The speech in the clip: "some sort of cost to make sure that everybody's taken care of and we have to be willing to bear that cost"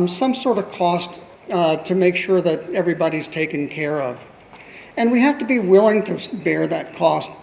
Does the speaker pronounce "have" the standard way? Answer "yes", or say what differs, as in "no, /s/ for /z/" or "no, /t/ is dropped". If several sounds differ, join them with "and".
no, /f/ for /v/